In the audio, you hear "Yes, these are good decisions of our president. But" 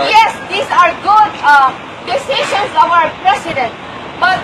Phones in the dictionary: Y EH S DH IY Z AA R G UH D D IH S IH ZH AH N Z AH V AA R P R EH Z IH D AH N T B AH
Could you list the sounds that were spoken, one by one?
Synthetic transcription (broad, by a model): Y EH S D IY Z AA R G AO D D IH S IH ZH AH N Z AH V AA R P R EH S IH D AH N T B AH